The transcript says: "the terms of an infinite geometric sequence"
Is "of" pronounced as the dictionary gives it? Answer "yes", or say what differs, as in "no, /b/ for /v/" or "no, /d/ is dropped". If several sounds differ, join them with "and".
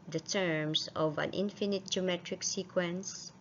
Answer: yes